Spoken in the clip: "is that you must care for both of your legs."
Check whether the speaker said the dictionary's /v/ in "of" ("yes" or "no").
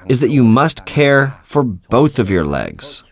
yes